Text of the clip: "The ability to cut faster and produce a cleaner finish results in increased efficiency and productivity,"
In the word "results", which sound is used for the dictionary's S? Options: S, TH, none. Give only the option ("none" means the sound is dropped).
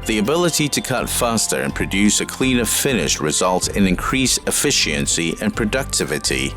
none